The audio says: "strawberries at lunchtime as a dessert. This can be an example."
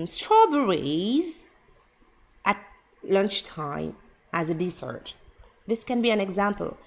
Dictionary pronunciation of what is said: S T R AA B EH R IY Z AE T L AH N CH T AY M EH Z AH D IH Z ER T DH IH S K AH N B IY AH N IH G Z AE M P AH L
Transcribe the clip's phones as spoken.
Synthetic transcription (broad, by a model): S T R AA B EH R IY Z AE T L AH N CH T AY M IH Z AH D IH S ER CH DH IH S K AH N B IY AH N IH G Z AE M P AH L